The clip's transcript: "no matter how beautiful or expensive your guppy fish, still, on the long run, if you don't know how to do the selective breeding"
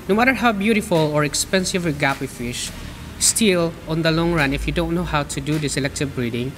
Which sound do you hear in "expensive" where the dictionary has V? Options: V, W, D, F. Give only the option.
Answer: V